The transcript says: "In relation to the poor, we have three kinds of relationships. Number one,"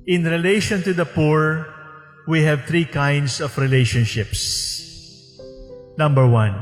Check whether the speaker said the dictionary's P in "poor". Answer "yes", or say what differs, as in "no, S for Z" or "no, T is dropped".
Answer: yes